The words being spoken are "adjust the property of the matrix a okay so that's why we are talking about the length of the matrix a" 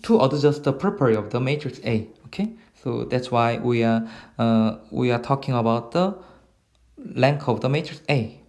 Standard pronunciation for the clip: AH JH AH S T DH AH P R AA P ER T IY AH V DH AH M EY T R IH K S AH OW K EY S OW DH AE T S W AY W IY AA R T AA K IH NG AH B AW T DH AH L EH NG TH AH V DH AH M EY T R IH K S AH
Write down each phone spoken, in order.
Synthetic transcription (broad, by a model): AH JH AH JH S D AH P R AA P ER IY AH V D AH M EY T R IH K S AH OW K EY S OW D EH T S W AY W IY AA W T AA K IH NG AH B AW T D AH L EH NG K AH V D AH M EY T R IH K S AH